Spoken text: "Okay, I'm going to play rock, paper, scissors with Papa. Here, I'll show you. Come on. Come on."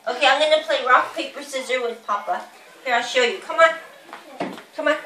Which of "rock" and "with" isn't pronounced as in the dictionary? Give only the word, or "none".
none